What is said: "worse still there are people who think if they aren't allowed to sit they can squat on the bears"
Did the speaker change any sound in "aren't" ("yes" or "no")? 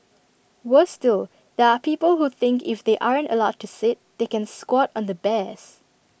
no